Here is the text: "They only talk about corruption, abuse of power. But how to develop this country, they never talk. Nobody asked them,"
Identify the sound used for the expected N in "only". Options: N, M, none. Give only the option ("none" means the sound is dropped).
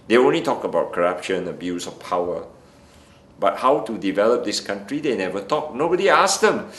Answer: N